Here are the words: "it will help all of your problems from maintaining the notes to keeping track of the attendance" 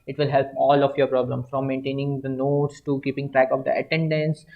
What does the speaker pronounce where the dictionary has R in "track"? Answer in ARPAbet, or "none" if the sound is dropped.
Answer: R